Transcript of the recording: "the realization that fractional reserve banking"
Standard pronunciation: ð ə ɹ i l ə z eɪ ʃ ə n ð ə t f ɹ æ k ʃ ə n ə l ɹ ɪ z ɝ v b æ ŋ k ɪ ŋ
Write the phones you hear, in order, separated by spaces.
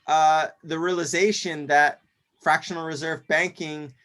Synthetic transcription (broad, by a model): ð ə ɹ i l ə z eɪ ʃ ə n ð ə t f ɹ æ k ʃ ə n l ɹ ɪ z ɝ v b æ ŋ k ɪ ŋ